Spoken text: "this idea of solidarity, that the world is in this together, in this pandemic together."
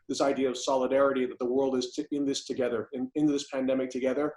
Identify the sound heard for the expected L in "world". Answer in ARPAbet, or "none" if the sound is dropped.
L